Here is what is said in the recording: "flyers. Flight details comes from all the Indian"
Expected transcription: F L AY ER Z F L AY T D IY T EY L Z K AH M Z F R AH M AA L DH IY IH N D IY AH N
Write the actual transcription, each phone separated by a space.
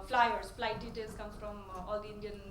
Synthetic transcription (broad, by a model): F L AY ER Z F L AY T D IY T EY L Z K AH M F R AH M AA L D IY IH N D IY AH N